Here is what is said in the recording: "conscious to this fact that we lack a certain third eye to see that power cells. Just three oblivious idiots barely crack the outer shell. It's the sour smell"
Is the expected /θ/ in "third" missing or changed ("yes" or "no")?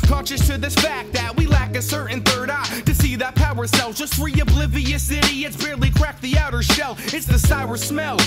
no